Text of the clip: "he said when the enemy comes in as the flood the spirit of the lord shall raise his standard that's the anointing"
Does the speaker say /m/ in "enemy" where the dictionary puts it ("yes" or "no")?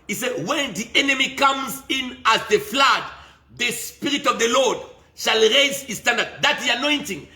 yes